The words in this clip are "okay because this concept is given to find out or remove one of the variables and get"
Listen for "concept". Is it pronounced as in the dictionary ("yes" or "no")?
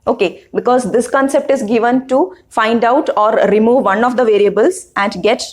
yes